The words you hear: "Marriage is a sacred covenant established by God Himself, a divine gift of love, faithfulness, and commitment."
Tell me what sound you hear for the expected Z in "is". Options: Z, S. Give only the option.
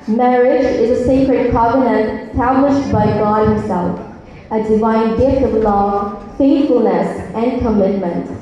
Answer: Z